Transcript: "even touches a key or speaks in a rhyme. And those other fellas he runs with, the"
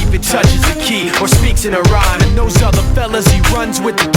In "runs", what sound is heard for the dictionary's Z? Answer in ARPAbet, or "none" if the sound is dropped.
Z